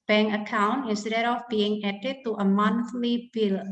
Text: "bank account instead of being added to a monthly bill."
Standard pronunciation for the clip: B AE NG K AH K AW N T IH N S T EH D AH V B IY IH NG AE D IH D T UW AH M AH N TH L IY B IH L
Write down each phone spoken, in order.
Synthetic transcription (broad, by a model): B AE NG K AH K AW N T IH S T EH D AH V B IY IH NG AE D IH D T UW AH M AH N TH L IY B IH L